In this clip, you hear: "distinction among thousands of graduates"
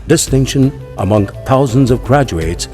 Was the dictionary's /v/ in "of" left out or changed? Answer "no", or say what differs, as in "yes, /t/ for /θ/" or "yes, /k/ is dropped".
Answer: no